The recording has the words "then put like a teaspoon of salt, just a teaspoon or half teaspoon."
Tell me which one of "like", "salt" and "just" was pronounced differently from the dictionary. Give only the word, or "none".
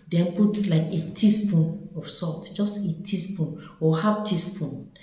salt